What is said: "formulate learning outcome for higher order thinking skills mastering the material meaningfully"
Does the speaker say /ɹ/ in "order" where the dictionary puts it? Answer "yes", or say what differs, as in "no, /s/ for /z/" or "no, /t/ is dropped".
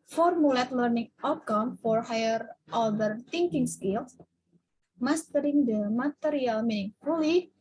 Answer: no, /l/ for /ɹ/